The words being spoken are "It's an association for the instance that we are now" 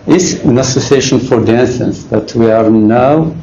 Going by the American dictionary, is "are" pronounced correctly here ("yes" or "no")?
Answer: yes